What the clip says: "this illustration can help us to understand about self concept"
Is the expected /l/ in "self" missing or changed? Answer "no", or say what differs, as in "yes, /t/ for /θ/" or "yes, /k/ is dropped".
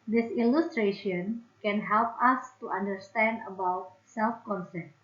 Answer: no